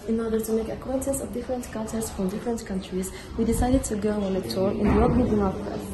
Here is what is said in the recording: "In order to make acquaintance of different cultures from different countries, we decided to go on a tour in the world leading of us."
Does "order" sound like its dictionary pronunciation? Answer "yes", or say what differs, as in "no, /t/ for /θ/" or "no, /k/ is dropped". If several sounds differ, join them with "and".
yes